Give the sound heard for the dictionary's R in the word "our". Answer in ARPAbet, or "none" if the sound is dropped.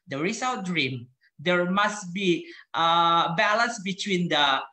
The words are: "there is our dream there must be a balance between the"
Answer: L